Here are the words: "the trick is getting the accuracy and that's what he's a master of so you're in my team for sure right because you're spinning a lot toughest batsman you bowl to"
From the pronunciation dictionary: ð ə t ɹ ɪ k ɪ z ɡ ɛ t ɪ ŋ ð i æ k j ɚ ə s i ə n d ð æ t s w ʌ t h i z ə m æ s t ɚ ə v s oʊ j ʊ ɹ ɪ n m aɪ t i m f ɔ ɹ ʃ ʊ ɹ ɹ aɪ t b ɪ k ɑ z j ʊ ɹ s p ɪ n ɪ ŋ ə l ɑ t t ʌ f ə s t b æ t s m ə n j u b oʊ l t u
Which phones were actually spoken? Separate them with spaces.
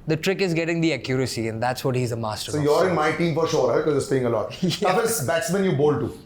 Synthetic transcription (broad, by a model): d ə t ɹ ɪ k ɪ z ɡ ɛ t ɪ ŋ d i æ k j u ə s i ə n d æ t s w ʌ t h i z ə m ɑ s t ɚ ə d s oʊ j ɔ ɹ ɪ n m aɪ t i m f ɔ ɹ ʃ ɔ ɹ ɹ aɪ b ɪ k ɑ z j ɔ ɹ s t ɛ ɪ ŋ ə l ɑ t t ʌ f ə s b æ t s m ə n j u b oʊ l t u